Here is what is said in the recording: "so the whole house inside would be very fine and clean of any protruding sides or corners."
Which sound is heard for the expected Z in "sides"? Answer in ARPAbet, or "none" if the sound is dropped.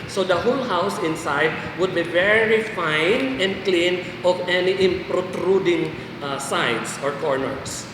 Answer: S